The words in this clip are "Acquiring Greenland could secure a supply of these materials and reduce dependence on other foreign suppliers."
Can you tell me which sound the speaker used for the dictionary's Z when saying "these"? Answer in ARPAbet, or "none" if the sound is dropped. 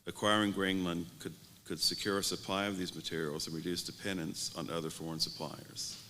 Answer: Z